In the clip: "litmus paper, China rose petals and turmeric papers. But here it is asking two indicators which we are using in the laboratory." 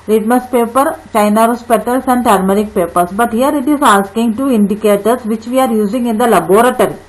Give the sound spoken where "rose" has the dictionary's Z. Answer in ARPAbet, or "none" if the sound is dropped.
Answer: S